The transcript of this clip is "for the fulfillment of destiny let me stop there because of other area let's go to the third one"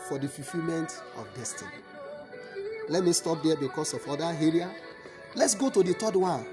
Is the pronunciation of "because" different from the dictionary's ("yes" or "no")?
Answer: yes